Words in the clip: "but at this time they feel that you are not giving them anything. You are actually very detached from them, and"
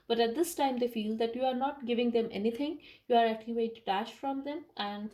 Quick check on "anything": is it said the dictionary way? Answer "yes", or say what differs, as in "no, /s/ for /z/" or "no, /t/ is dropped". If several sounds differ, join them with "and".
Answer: no, /t/ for /θ/